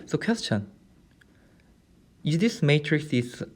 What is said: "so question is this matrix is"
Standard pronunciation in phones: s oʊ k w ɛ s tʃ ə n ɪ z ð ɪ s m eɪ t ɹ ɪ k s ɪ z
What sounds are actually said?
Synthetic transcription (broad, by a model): s oʊ k w ɛ s tʃ ə n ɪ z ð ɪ s m eɪ t ɹ ɪ k s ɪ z